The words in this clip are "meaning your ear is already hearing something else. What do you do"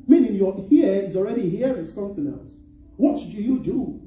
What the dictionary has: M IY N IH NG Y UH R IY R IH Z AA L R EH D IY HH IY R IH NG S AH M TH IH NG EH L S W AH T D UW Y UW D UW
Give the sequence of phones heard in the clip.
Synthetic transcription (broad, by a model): M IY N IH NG Y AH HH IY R IH Z AA L R EH D IY HH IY W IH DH S AH M TH IH NG EH L S W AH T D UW Y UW D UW